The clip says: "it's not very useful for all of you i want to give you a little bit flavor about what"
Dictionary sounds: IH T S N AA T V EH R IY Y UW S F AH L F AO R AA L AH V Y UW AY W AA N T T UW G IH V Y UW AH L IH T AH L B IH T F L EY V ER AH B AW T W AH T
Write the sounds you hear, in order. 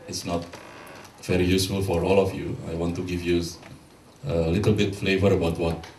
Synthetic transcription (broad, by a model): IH T S N AA T V EH R IY Y UW S F AH L F AO R AA L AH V Y UW AY W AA N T T UW G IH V Y UW AH L IH T AH L B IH T F L EY V ER AH B AW T W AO T